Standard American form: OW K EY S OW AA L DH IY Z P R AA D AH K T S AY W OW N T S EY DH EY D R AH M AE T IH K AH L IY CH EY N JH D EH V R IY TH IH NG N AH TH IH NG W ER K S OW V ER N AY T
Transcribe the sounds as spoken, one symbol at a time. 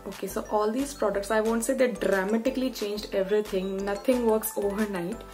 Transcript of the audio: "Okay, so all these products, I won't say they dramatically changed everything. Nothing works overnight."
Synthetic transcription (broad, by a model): OW K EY S OW AA L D IY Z P R AA D AH K T S AY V OW N T S EY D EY D R AH M AE T IH K AH L IY CH EY N JH D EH V R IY T IH NG N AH T IH NG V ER K S OW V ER N AY T